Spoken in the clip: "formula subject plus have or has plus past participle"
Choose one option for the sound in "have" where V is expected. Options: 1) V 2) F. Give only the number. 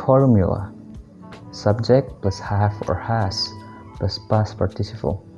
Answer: 2